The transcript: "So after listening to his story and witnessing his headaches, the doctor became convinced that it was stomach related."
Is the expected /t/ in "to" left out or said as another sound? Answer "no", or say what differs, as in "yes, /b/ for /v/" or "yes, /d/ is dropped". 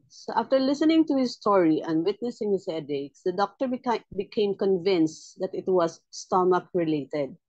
no